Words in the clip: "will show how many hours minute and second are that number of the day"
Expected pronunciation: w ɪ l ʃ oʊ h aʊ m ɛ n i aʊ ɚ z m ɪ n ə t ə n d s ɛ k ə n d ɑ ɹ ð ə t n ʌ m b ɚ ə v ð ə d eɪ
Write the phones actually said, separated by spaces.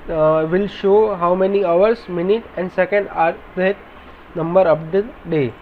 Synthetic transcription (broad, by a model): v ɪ l ʃ oʊ h aʊ m ɛ n i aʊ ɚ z m ɪ n ə t ə n d s ɛ k ə n d ɑ ɹ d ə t n ʌ m b ɚ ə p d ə d eɪ